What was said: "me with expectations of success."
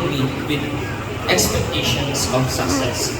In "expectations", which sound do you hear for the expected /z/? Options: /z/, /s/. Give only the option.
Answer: /s/